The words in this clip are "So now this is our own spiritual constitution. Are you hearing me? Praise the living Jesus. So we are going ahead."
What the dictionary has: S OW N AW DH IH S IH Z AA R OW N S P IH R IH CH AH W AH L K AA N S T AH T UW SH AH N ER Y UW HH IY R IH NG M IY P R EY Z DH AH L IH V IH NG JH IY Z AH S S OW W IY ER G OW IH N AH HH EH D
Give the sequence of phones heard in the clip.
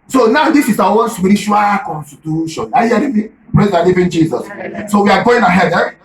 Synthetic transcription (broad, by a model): S OW N AW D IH S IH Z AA W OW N S P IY R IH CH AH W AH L K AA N S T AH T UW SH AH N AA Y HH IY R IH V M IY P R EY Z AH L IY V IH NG JH IY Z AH S S OW W IY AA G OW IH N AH HH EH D